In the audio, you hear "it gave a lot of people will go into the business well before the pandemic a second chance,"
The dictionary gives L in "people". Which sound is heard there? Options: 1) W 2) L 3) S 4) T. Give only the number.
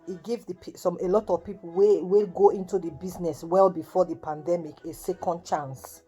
1